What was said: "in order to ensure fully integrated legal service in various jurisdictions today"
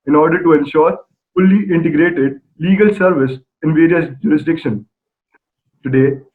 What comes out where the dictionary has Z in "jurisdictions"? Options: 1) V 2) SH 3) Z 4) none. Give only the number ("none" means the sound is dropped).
4